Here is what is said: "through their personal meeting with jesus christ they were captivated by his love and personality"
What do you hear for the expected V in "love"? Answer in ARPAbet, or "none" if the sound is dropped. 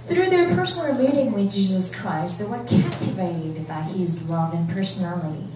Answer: V